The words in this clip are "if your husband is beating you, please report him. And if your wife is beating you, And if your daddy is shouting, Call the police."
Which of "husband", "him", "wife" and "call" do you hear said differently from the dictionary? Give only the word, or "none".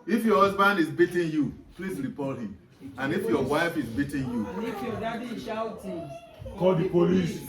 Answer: none